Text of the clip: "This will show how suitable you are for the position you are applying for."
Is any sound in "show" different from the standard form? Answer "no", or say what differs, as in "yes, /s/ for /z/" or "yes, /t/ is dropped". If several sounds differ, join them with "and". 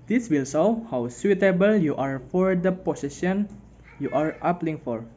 yes, /s/ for /ʃ/